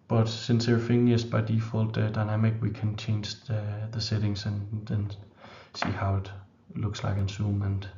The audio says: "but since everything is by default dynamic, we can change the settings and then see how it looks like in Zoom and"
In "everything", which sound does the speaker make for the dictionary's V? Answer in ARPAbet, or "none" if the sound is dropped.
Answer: none